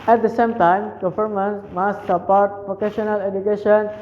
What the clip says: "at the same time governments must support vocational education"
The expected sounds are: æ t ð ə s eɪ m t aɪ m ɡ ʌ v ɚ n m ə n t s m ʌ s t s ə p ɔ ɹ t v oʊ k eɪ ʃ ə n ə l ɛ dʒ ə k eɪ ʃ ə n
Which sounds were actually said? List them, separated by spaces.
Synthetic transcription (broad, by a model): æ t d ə s eɪ m t aɪ m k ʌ f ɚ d m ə n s m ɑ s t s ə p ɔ ɹ t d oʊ k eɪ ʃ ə n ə l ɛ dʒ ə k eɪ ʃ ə n